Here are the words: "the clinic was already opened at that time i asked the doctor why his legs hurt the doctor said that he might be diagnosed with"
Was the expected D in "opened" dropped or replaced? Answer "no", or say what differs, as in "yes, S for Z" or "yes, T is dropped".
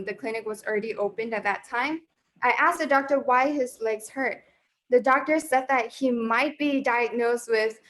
no